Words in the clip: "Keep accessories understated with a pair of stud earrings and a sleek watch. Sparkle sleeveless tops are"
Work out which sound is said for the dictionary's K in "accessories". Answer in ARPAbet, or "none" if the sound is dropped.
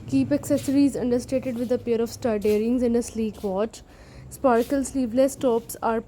K